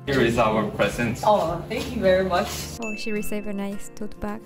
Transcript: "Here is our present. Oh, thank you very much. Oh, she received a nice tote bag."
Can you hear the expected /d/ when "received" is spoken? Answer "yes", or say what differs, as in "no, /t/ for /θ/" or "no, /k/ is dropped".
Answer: no, /d/ is dropped